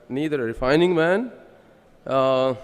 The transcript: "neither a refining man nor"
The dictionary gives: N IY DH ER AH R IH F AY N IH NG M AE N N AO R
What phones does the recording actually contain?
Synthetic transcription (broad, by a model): N IY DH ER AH R IH F AY N IH NG M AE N N